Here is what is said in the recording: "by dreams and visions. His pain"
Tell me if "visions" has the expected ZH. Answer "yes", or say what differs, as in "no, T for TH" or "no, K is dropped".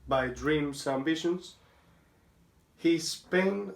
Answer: no, SH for ZH